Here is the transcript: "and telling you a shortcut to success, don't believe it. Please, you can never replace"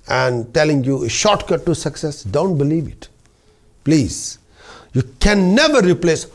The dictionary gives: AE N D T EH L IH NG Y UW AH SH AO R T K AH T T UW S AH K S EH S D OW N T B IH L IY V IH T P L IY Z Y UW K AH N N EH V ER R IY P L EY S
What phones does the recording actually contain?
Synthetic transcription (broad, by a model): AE N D T EH L IH NG Y UW AH SH AO R T K AH T T UW S AH K S EH S D OW N T B IH L IY V IH T P L IY Z Y UW K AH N N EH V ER R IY P L EY S